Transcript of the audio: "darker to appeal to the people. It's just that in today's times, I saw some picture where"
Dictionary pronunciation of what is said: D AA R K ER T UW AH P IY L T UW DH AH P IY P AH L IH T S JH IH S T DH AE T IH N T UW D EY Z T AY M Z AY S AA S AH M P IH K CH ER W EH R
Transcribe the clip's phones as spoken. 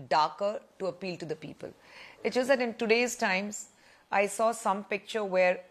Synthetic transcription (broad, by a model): D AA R K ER T UW AH P IY L T UW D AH P IY P AH L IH T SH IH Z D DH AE T IH N T UW D EY Z T AY M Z AY S AA S AH M P IH K CH ER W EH R